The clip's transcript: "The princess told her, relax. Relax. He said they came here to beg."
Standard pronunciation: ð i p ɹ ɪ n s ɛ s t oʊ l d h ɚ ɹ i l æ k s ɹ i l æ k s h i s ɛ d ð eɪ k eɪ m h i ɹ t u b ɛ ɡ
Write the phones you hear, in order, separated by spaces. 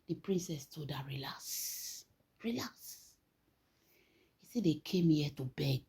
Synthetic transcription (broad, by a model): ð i p ɹ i n s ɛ s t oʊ d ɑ ɹ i l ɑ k s ɹ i l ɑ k s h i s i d eɪ k eɪ m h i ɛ t u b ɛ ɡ